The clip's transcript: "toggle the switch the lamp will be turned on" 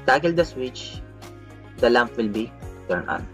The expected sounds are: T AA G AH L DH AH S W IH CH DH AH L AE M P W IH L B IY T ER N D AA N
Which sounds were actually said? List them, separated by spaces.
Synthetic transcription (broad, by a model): T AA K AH L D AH S W IH CH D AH L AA M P W IH L B IY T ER N AA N